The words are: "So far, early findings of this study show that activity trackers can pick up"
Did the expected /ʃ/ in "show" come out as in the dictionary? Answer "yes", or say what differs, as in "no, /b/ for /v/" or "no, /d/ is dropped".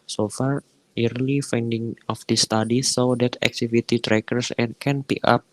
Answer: no, /s/ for /ʃ/